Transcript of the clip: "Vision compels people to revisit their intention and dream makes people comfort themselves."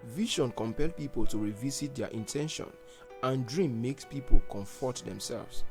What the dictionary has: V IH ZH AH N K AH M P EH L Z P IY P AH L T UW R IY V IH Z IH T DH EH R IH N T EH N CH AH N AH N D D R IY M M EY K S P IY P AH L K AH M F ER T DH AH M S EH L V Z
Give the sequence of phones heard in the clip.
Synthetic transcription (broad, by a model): V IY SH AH N K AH M P EH L P IY P AH L T UW R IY V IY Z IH T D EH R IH N T EH N SH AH N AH N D D R IY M M EY K S P IY P AH L K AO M F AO T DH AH M S EH L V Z